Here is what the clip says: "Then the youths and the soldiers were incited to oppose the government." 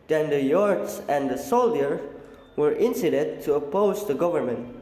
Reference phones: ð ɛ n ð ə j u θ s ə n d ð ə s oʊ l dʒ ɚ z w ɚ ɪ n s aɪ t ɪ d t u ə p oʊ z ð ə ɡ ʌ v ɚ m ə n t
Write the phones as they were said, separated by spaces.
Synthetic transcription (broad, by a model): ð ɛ n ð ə j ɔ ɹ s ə n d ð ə s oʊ l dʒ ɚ w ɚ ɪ n s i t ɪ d t u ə p oʊ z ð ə ɡ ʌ v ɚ m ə n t